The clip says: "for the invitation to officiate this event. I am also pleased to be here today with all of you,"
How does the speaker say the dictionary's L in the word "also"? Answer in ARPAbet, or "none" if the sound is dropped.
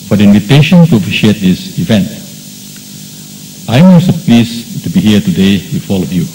none